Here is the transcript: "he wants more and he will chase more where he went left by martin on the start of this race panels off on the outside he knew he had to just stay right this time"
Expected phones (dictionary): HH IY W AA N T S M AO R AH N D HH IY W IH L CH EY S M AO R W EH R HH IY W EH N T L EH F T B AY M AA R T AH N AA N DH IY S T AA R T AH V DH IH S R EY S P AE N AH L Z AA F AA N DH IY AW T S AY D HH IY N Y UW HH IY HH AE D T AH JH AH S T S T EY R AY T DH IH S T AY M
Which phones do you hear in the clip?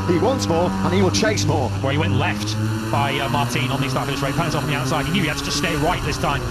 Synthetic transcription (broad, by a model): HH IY W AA N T S M AO R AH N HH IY W IH L CH EY S M AO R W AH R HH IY W EH N T L EH F T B AY M AA R T AH N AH N DH IY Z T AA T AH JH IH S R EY P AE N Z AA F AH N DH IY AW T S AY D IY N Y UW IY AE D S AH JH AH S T S T EY R AY T DH IH S T AY M